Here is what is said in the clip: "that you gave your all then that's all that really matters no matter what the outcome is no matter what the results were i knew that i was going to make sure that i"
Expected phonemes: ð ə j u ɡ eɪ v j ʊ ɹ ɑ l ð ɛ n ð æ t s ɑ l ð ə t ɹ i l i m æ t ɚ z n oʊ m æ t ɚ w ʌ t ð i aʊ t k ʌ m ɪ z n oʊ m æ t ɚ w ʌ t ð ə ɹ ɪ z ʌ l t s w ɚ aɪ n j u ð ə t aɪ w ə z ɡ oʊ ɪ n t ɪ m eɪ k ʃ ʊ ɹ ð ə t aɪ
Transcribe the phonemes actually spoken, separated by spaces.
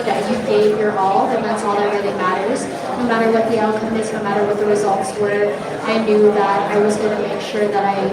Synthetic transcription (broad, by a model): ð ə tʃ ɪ ɡ eɪ v j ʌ ɹ ɑ l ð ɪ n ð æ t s ɑ l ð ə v ɹ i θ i m æ t ɚ z n oʊ m æ t ɚ w ʌ t ð i aʊ t k ʌ m ɪ z n oʊ m æ t ɚ w ʌ t ð ə ɹ ɪ z ʌ l t s w ɚ aɪ n j u ð ə t aɪ w ə z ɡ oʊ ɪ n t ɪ m eɪ k ʃ ʊ ɹ ð ə t aɪ